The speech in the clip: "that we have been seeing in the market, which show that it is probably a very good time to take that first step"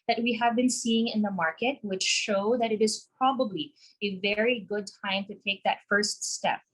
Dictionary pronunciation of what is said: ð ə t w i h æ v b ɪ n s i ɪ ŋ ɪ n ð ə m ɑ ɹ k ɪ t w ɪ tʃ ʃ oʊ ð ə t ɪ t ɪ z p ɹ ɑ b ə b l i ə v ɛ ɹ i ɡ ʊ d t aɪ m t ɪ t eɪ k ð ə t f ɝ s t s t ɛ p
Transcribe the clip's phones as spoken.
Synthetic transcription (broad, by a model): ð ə t w i h æ v b ɪ n s i ɪ ŋ ɪ n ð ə m ɑ ɹ k ɪ t w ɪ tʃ ʃ oʊ ð ə t ɪ t ɪ z p ɹ ɑ b ə b l i ə v ɛ ɹ i ɡ ʊ d t aɪ m t ɪ t eɪ k ð ə t f ɝ s t s t ɛ p